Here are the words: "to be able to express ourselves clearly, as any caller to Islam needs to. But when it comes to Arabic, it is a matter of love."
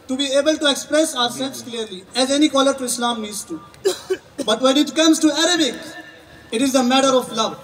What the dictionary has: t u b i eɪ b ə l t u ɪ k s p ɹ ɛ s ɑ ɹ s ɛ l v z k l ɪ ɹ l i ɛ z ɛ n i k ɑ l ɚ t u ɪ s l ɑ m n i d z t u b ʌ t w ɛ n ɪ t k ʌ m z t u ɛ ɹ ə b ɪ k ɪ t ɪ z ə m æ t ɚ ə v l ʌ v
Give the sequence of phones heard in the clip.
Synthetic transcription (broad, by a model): t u b i eɪ b ə l t u ɪ k s p ɹ ɛ s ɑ ɹ s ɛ l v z k l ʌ ɹ l i ɛ z ɛ n i k ɑ l ɚ t u ɪ s l ɑ m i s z t u b ʌ t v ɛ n ɪ t k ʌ m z t u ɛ ɹ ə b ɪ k ɪ t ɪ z ə m æ t ɚ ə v l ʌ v